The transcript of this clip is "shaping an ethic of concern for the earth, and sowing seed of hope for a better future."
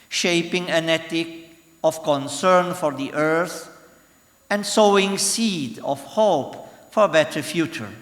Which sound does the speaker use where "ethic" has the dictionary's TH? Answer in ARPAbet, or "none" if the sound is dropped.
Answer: T